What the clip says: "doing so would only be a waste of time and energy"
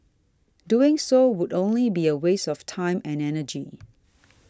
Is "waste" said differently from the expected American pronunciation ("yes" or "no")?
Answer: yes